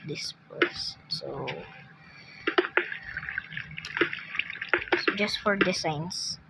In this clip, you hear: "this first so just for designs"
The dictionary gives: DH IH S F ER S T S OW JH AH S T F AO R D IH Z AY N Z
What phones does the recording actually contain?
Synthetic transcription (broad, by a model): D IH S P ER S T S OW JH AH S T F AO R D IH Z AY N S